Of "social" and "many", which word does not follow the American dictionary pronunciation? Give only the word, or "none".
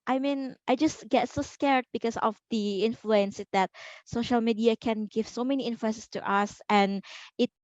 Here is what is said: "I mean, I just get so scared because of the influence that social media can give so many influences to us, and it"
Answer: none